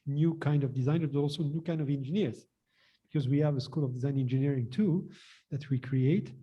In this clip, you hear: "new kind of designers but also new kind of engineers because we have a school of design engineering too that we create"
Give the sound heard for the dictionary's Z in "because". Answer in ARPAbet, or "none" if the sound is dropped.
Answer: Z